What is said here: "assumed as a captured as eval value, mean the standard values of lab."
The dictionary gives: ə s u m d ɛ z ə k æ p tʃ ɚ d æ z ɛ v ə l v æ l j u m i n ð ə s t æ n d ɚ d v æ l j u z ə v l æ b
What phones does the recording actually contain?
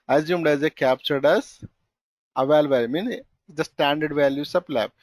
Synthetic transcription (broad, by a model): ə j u m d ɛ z ə k æ p tʃ ɚ d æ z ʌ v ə l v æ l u m i n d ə s t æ n d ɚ d v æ l j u s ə p l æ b